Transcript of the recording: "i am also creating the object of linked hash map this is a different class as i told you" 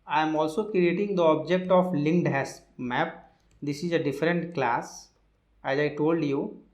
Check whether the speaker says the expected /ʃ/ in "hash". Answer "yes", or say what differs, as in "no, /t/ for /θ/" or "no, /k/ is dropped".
no, /s/ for /ʃ/